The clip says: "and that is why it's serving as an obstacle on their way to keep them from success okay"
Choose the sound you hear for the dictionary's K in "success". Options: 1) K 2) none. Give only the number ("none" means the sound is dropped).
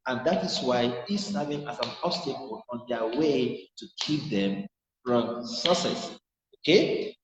2